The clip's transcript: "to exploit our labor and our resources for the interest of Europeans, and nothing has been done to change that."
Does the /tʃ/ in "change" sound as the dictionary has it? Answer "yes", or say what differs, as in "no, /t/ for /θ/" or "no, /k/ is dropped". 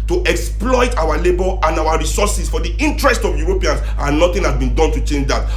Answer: yes